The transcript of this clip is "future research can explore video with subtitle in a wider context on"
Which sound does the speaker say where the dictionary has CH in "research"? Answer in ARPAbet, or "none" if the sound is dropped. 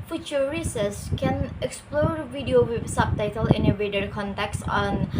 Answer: S